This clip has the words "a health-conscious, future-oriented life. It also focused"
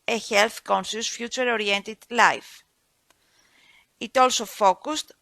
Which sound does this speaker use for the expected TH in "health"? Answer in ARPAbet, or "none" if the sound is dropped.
TH